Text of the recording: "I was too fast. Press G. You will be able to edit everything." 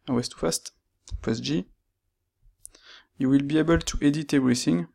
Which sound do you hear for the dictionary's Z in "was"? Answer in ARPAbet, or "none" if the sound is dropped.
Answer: S